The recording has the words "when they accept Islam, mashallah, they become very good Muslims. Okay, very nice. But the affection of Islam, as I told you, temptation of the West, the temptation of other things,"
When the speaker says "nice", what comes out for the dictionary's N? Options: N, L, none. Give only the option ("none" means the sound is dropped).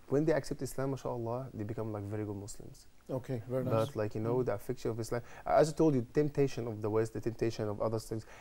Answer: L